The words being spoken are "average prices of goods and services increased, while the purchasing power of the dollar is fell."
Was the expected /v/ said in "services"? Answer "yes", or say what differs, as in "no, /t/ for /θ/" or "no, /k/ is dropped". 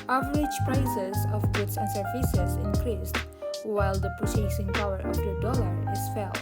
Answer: no, /f/ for /v/